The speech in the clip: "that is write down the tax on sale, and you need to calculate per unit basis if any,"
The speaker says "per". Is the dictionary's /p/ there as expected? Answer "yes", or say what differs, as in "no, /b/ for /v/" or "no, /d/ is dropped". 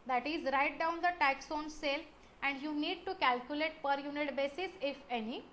yes